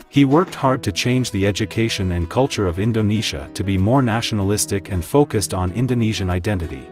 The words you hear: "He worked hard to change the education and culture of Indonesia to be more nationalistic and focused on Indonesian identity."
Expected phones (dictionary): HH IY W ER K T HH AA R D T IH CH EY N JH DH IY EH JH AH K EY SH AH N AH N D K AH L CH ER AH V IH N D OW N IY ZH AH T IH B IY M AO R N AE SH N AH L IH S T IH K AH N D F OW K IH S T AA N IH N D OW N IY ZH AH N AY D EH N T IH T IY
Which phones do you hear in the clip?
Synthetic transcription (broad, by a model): HH IY W ER K T HH AA R D T IH CH EY N JH DH IY EH JH AH K EY SH AH N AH N K AH L CH ER AH V IH N D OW N IY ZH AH T IH B IY M AO R N AE SH N AH L IH S T IH K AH N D F OW K IH S T N IH N D OW N IY ZH AH N AY D EH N T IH T IY